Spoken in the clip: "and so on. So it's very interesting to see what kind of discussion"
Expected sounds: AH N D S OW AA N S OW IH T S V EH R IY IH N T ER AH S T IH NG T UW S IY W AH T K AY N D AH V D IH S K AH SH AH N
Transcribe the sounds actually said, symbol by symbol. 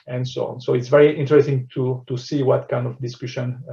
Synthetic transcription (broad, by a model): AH N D S OW AA N S OW IH T S V EH R IY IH N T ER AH S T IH NG T UW S IY W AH T K AY N D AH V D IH S K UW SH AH N